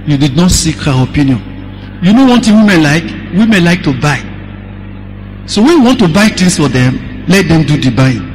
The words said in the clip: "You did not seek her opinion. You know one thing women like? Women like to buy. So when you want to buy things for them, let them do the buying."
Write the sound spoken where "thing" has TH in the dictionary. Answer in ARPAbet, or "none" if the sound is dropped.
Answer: T